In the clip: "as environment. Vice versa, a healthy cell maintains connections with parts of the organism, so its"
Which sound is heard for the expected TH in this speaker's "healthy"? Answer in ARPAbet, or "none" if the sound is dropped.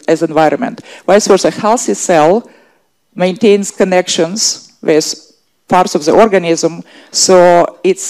S